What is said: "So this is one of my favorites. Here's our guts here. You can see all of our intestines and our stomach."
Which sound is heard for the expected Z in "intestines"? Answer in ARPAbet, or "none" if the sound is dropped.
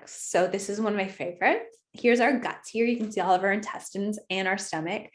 Z